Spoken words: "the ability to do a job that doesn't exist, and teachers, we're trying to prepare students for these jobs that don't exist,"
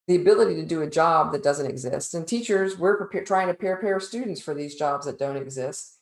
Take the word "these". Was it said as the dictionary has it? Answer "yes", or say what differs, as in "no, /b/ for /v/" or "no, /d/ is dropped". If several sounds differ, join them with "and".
yes